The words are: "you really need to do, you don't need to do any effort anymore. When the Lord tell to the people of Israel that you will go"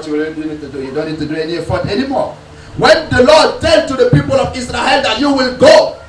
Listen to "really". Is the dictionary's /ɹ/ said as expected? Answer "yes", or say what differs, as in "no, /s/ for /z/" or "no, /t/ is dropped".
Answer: no, /w/ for /ɹ/